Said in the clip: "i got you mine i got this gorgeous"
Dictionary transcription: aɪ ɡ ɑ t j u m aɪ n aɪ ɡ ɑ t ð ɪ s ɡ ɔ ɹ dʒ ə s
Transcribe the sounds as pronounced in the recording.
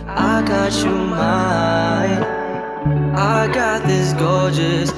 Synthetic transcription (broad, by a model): aɪ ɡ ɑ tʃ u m aɪ aɪ ɡ ɑ t ð ɪ s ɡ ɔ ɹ dʒ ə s